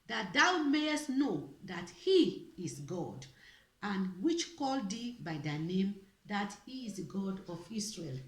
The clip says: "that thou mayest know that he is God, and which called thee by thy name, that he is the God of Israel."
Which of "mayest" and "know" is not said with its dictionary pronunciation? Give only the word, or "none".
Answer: none